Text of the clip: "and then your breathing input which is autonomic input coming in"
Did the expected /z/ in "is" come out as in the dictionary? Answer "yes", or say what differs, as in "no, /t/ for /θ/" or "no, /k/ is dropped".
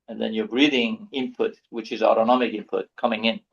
yes